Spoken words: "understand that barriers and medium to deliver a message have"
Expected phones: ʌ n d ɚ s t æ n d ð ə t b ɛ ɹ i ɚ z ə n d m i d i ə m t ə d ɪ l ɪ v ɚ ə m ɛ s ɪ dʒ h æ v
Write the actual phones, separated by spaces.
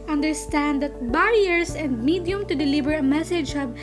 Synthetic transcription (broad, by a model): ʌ n d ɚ s t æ n d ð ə t b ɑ ɹ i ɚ s ə n d m i d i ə m t ə d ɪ l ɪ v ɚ ə m ɛ s ɪ dʒ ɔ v